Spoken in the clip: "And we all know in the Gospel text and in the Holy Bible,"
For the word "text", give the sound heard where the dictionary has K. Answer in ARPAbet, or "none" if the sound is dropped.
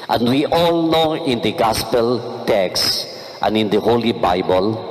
K